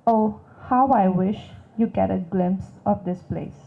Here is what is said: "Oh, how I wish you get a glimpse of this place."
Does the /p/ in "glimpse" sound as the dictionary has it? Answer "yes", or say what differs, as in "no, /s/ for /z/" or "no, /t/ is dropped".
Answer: yes